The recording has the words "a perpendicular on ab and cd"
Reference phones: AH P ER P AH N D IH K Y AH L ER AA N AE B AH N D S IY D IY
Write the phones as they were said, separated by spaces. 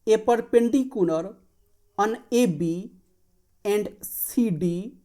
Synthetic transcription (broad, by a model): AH P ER P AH N D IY K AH N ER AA N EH B AH N D S IY D IY